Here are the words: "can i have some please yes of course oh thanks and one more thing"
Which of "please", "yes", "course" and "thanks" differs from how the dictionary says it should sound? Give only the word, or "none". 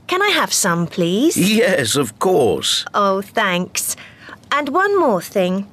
none